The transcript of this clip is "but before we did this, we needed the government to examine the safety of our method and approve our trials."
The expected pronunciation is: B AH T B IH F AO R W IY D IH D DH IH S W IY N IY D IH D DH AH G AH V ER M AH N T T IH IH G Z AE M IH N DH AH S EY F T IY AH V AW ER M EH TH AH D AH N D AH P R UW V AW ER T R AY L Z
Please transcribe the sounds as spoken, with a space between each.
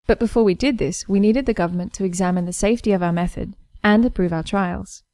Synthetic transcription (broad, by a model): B AH T B IH F AO R W IY D IH D DH IH S W IY N IY D IH D DH AH G AH V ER M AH N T T IH IH G Z AE M IH N DH AH S EY F T IY AH V AW ER M EH TH AH D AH N AH P R UW V AW ER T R AY L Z